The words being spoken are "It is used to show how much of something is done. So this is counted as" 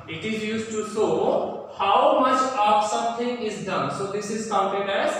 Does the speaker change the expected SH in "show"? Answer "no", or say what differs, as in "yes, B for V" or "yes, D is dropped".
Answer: yes, S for SH